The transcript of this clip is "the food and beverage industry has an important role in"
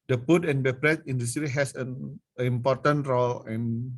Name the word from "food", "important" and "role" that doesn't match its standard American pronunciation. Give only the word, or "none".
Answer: food